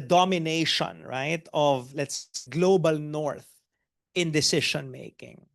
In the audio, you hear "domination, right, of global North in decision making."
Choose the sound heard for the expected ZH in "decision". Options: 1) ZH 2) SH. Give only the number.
2